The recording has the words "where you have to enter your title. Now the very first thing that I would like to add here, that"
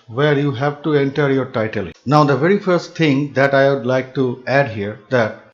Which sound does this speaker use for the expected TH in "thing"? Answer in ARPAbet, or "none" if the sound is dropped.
T